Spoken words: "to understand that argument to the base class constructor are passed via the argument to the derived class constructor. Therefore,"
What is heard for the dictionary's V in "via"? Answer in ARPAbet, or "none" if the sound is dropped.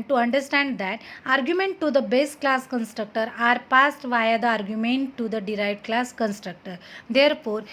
V